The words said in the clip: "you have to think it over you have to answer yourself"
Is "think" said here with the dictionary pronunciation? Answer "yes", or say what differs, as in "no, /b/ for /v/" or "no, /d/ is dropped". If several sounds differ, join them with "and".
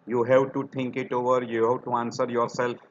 no, /t/ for /θ/